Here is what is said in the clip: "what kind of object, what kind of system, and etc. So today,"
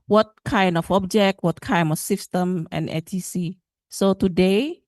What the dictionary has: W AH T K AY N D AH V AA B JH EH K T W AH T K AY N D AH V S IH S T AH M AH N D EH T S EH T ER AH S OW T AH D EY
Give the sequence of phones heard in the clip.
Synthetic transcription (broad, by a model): W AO T K AY N D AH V AA B JH EH K T W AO T K AY N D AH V S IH S T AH M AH N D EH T IY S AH S OW T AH D EY